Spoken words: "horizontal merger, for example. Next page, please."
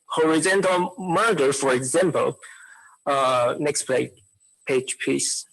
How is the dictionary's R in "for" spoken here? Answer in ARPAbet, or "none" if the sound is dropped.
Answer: R